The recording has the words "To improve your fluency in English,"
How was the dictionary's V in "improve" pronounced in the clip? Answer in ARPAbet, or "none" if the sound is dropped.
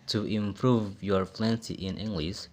V